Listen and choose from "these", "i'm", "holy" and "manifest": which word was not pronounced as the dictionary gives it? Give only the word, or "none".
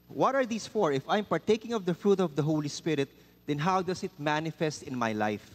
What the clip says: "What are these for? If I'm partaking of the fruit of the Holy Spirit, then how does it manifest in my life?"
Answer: these